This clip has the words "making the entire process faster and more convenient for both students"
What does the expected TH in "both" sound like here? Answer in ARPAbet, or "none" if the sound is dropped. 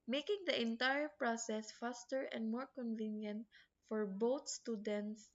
T